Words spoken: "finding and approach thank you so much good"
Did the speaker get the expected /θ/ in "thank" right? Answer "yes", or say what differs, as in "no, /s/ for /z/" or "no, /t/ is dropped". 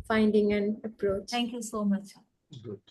no, /t/ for /θ/